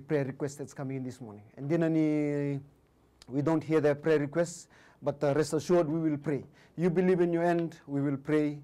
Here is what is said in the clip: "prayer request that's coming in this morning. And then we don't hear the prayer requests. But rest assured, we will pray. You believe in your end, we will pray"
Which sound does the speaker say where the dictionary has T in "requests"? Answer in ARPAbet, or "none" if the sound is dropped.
T